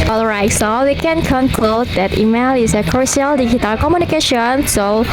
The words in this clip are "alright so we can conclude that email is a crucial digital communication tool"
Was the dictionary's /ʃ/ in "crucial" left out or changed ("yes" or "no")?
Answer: yes